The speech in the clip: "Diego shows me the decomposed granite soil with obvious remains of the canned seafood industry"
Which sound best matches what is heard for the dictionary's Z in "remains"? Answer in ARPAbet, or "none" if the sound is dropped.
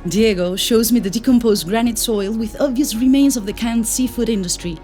Z